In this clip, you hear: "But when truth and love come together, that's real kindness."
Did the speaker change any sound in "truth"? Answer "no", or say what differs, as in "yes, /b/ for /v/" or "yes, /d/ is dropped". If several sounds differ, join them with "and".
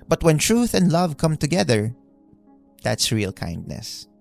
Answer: no